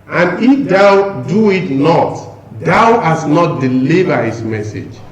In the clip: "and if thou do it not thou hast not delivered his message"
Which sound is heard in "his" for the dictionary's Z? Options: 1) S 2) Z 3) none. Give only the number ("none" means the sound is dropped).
1